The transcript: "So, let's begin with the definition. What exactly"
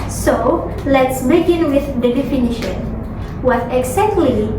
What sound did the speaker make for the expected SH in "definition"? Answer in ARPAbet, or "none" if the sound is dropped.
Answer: SH